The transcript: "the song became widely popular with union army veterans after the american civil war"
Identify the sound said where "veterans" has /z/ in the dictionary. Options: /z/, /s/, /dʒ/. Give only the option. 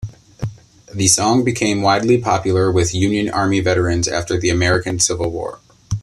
/z/